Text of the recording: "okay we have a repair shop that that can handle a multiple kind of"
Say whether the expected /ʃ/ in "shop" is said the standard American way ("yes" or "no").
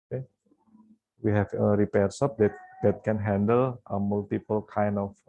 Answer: no